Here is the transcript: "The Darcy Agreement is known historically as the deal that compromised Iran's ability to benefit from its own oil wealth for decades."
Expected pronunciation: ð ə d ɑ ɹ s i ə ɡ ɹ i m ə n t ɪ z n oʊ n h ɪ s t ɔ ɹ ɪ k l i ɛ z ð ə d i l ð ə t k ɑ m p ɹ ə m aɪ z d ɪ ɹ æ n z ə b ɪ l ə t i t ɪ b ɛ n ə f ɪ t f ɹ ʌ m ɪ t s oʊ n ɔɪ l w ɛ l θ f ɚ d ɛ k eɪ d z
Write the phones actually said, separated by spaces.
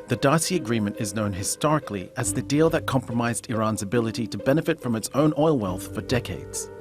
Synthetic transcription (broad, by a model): ð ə d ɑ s i ə ɡ ɹ i m ə n t ɪ z n oʊ n h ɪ s t ɔ ɹ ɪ k l i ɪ z ð ə d i l ð ə t k ɑ m p ɹ ə m aɪ z d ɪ ɹ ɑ n z ə b ɪ l ə t i t ɪ b ɛ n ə f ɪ t f ɹ ʌ m ɪ t s oʊ n ɔɪ l w ɛ l θ f ɚ d ɛ k eɪ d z